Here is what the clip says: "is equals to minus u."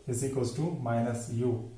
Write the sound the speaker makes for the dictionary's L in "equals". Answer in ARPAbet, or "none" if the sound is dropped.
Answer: none